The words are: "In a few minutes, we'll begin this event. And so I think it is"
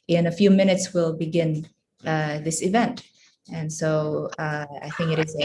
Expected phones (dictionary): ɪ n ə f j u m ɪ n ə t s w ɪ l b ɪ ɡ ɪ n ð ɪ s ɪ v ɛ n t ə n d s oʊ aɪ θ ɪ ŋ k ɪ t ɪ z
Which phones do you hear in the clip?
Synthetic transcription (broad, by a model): ɪ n ə f j u m ɪ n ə t s w ɪ l b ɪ ɡ ɪ n ð ɪ s ɪ v ɛ n t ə n s oʊ aɪ θ ɪ ŋ k ɪ t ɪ z